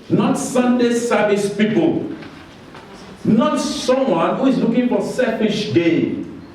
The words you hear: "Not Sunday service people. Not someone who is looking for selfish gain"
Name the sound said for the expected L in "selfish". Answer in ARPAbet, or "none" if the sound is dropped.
none